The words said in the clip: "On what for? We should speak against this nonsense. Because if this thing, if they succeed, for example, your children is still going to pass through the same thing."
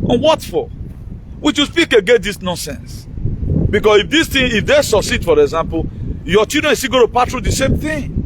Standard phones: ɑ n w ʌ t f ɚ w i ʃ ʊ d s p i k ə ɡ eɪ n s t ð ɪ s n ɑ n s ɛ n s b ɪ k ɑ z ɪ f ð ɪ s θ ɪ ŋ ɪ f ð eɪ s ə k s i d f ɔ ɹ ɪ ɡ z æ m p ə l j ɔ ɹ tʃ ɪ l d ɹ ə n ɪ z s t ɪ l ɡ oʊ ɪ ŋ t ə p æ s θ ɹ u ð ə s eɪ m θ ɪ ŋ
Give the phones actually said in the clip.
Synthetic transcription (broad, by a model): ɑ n w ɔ t f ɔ w i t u s p i k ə ɡ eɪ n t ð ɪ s n ɑ n s ɛ n s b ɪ k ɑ s ɪ f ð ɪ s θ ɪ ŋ ɪ f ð eɪ s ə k s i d f ɔ ɹ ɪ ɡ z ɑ m p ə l j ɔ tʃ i d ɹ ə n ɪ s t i ɡ oʊ t ə p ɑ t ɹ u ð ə s eɪ m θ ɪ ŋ